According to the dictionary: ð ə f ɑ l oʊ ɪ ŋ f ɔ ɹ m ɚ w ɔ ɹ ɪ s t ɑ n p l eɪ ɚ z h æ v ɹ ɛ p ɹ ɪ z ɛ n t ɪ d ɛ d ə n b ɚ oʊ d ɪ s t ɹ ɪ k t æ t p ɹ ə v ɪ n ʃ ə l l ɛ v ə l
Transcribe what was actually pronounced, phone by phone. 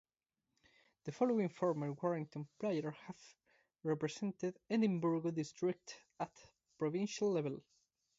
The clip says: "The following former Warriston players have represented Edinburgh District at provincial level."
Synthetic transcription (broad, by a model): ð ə f ɑ l oʊ ɪ ŋ f ɔ ɹ m ɚ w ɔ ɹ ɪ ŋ t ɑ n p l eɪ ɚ h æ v ɹ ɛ p ɹ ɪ s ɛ n t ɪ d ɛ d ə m b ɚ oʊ d ɪ s t ɹ ɪ k t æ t p ɹ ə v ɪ n ʃ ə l l ɛ v ə l